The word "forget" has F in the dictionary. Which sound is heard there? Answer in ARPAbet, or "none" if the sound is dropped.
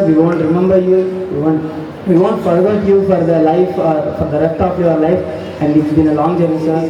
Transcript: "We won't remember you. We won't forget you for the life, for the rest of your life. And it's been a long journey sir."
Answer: P